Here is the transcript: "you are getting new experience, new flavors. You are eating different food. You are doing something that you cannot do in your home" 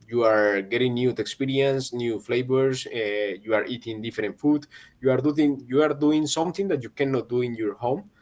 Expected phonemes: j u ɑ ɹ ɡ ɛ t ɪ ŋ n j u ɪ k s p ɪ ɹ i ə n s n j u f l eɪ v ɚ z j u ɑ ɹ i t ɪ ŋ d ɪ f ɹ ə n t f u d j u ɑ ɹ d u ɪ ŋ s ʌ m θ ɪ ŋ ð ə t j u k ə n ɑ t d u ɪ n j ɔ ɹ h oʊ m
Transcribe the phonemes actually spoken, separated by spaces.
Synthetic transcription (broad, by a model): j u ɑ ɹ ɡ ɛ t ɪ ŋ n j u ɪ k s p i ɹ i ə n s n j u f l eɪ b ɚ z j u ɑ ɹ i t ɪ ŋ d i f ɹ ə n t f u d j u ɑ ɹ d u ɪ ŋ s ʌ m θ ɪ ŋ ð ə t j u k ə n ɑ t d u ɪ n j ɔ ɹ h oʊ m